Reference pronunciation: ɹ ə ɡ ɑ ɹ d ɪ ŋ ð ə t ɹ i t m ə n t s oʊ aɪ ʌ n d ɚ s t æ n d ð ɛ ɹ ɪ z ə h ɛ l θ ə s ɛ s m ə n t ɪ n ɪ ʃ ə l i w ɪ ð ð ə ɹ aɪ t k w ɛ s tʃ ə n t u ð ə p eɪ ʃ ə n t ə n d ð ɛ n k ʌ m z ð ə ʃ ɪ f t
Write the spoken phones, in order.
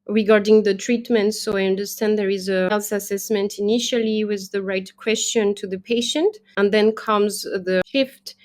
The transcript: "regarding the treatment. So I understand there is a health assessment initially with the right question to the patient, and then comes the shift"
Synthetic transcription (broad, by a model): ɹ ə ɡ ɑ ɹ d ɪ ŋ ð ə t ɹ i t m ə n t s oʊ aɪ ʌ n d ɚ s t æ n d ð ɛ ɹ ɪ z ə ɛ l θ ə s ɛ s m ə n t ɪ n ɪ ʃ ə l i w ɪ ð ð ə ɹ aɪ t k w ɛ s tʃ ə n t u ð ə p eɪ ʃ ə n t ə n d ð ɛ n k ʌ m z ð ə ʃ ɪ f t